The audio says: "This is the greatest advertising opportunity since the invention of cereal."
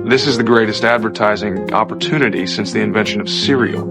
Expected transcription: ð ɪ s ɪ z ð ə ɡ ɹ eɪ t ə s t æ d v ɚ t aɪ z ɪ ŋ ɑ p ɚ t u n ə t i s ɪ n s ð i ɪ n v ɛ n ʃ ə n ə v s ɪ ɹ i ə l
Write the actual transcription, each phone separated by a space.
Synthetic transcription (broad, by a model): ð ɪ s ɪ z ð ə ɡ ɹ eɪ t ə s t æ d v ɚ t aɪ z ɪ ŋ ɑ p ɚ t u n ə t i s ɪ n s ð i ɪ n v ɛ n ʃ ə n ə v s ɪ ɹ i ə